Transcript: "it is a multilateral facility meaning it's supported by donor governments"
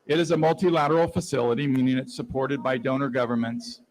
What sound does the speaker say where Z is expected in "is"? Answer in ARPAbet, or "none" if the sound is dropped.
Z